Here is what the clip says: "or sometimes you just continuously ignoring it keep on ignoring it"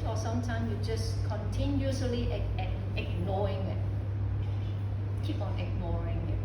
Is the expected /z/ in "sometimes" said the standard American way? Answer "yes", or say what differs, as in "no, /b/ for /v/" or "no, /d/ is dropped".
no, /z/ is dropped